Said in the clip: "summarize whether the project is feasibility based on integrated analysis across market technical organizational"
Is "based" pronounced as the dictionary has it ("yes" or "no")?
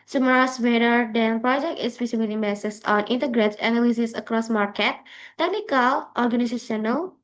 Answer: no